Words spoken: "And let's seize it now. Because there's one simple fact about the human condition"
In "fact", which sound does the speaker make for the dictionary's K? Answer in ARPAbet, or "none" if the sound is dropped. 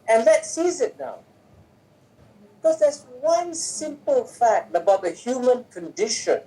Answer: K